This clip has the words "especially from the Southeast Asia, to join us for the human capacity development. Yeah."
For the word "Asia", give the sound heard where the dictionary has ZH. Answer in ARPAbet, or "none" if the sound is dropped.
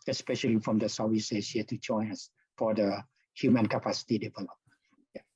S